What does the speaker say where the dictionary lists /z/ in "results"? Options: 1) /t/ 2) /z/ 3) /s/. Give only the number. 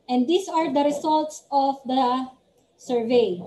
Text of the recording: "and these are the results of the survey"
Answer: 3